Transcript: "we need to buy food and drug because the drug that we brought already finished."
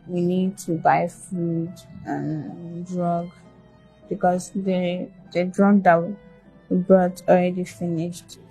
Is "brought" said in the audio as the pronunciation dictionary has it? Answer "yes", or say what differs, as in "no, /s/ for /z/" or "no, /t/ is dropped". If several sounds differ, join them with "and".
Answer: no, /ɹ/ is dropped